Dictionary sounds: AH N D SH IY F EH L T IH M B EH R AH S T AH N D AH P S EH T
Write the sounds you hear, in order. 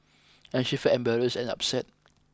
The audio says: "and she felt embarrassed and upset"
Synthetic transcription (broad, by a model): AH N SH IY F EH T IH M B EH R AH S AH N AH P S EH T